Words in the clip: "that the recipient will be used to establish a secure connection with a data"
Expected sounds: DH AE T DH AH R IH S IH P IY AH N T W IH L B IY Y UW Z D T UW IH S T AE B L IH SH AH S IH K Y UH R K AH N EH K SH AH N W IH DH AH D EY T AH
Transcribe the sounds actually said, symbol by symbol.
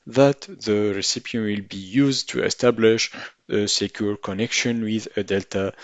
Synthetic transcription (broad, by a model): DH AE T DH AH R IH S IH P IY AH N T W IH L B IY Y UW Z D T UW IH S T AE B L IH SH AH S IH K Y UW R K AH N EH K SH AH N W IH DH AH D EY T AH